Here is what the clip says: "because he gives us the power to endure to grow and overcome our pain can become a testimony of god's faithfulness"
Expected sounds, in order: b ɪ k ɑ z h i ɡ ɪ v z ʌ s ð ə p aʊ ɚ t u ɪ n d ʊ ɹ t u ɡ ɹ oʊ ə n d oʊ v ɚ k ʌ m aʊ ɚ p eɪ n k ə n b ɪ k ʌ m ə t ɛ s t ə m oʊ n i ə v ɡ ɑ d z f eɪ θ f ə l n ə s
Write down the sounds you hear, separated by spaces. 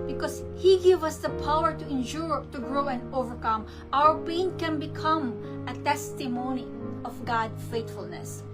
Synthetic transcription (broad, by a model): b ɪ k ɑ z h i ɡ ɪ v ʌ s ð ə p aʊ ɚ t u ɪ n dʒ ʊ ɹ t u ɡ ɹ oʊ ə n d oʊ v ɚ k ʌ m aʊ ɚ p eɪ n k ə n b ɪ k ʌ m ə t ɛ s t ə m oʊ n i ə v ɡ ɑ d f eɪ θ f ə l n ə s